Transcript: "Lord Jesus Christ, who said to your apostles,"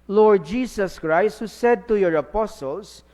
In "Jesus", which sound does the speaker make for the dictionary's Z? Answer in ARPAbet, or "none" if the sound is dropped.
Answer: S